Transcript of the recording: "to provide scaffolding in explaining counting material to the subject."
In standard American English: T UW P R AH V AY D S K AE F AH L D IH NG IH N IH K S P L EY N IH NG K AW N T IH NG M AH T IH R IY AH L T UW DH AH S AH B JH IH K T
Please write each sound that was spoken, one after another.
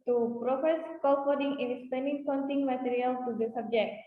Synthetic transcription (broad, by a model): T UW P R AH F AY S K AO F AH D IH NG IH N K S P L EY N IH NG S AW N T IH NG M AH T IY R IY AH L T UW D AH S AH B JH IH K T